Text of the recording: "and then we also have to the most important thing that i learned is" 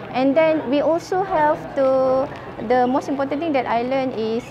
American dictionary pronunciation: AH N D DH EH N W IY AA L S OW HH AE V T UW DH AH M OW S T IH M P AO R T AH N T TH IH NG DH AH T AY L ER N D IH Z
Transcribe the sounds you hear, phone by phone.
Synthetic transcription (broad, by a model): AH N D EH N W IY AA L S OW HH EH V T UW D AH M OW S T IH M P AO T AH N T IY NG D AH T AY L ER N IH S